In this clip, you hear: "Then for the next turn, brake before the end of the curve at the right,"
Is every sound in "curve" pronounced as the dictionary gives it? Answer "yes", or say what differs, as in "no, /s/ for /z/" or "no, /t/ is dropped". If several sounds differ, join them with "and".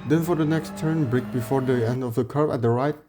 no, /b/ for /v/